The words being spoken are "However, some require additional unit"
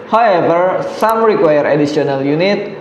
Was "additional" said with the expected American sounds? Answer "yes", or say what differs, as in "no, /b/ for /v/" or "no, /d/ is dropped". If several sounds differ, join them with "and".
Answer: no, /s/ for /ʃ/